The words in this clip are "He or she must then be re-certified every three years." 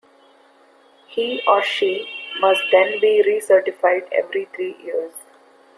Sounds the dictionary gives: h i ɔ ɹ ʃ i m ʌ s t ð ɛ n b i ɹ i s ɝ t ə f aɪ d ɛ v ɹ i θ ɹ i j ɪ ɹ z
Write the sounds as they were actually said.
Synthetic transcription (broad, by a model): h i ɔ ɹ ʃ i m ʌ s t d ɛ n b i ɹ i s ɝ t ə f aɪ d ɛ v ɹ i t ɹ i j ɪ ɹ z